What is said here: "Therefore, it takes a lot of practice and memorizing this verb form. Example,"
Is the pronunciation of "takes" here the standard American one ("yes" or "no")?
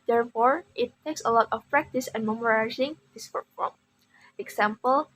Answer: yes